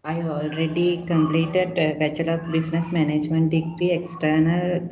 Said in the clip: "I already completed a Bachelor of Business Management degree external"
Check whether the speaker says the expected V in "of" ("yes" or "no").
no